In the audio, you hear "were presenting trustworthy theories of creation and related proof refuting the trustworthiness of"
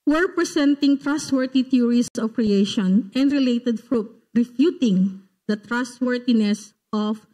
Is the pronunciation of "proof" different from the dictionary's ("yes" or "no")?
yes